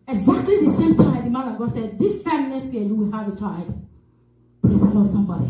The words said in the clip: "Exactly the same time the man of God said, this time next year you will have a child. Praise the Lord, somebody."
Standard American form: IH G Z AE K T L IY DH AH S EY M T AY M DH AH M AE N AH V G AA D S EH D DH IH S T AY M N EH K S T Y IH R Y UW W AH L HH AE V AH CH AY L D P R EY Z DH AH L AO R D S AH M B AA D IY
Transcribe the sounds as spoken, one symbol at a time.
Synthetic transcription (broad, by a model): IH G Z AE K T L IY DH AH S EY M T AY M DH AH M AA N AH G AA S EH D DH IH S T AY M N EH S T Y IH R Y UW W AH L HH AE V AH CH AY L D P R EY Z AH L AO S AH M B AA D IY